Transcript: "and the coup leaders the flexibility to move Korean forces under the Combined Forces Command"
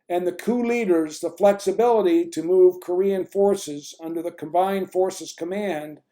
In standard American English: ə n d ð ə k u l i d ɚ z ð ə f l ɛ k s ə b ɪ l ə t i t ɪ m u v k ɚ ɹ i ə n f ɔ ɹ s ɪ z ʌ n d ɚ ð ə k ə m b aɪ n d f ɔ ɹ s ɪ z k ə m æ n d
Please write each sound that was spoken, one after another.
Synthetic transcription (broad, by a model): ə n ð ə k u l i d ɚ z ð ə f l ɛ k s ə b ɪ l ə t i t ɪ m u v k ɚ ɹ i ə n f ɔ ɹ s ɪ z ʌ n d ɚ ð ə k ə m b aɪ n d f ɔ ɹ s ɪ z k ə m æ n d